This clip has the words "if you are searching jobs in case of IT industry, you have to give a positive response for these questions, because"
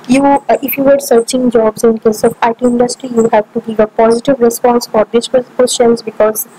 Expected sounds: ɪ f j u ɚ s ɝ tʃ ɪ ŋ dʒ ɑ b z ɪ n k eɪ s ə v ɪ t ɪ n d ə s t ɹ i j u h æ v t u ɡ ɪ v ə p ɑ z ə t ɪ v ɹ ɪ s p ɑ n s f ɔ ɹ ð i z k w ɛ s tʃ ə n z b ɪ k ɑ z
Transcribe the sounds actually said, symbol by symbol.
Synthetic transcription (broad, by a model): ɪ f j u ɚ s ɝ tʃ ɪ ŋ dʒ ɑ b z ɪ n k eɪ s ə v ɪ t ɪ n d ə s t ɹ i j u h æ v t u ɡ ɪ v ə p ɑ z ə t ɪ v ɹ ɪ s p ɑ n s f ɔ ɹ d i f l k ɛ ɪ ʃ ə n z b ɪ k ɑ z